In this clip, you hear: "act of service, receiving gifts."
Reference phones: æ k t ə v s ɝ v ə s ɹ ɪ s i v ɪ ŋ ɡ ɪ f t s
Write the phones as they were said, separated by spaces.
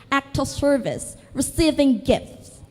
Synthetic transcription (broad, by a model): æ k t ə s ɝ v ə s ɹ ɪ s i v ɪ ŋ ɡ ɪ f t s